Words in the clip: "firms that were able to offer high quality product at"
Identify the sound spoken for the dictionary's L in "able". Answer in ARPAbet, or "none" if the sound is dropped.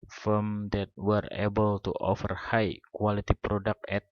L